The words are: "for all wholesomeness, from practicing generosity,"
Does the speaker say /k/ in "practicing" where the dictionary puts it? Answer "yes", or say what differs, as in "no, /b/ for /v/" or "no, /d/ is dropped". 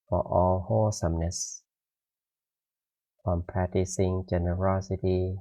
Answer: no, /k/ is dropped